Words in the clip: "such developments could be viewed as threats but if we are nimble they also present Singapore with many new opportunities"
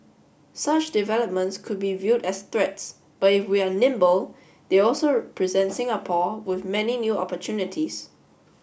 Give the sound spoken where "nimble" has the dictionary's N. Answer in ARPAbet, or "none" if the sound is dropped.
N